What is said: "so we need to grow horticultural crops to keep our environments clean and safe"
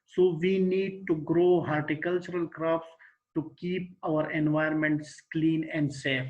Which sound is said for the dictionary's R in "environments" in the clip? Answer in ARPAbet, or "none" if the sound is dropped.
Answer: none